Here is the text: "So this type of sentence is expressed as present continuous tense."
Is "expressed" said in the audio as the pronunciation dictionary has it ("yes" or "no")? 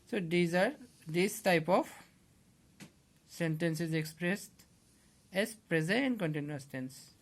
yes